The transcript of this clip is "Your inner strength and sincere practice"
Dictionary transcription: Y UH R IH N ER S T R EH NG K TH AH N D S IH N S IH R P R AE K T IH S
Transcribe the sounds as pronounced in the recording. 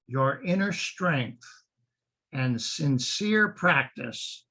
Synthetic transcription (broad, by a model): Y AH R IH N ER S T R EH NG K TH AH N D S IH N S IH R P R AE K T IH S